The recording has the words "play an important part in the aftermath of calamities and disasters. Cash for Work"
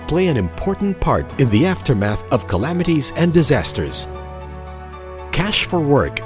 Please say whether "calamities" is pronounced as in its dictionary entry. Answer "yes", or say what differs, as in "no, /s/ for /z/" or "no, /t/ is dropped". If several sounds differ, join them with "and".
yes